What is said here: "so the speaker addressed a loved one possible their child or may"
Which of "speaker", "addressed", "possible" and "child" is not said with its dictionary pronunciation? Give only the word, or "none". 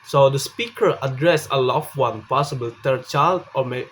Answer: addressed